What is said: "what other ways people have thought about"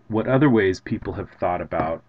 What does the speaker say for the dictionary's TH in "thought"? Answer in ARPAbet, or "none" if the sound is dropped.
TH